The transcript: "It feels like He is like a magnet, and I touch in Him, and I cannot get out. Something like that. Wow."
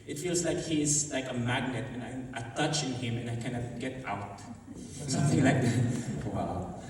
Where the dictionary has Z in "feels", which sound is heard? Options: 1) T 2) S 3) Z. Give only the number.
3